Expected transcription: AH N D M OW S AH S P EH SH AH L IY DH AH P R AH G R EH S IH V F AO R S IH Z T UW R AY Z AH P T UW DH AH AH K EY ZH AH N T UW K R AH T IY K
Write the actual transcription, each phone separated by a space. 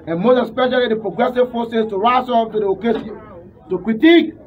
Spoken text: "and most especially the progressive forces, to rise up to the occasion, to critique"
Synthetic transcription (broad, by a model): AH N M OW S AH S P EH SH AH L IY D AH P R AH G R EH S IH V F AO S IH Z T UW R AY S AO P T UW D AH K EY T UW K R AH T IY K